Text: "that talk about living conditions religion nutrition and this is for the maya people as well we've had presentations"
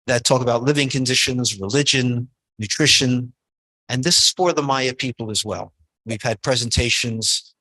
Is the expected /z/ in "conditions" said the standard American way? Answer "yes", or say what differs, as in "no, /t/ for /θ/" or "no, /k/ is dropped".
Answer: yes